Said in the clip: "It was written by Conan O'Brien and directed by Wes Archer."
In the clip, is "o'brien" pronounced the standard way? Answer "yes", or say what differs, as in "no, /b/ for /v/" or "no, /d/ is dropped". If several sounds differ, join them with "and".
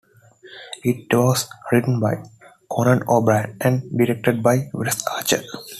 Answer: no, /n/ is dropped